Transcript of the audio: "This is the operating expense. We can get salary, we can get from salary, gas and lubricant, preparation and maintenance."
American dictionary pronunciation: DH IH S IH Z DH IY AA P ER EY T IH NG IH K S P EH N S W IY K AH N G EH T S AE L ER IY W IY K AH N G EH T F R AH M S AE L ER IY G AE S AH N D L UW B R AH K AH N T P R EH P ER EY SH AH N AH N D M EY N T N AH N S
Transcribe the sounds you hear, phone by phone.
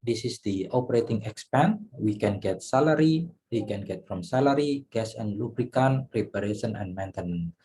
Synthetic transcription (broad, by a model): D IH S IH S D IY AA P ER EY T IH NG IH K S P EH N W IY K AH N G EH T S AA L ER IY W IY K AH N G EH T F R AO M S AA L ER IY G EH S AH N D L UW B R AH K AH N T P EH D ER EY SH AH N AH N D M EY N T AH N